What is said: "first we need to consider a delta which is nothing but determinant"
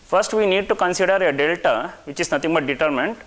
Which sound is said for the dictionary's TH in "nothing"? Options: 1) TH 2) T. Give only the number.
2